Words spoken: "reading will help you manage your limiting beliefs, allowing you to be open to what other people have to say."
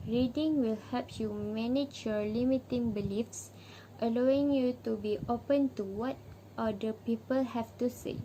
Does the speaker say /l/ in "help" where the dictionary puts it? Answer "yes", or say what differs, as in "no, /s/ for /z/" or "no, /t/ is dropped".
no, /l/ is dropped